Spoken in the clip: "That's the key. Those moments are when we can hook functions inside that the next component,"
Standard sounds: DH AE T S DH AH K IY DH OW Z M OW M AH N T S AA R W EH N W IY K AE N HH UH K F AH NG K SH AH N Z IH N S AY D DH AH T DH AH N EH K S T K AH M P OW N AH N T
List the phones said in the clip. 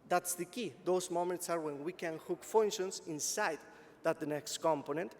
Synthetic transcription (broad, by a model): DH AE T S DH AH K IY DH OW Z M OW M AH N T S AA R W EH N W IY K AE N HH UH K F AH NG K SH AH N S IH N S AY D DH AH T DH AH N EH K S T K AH M P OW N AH N T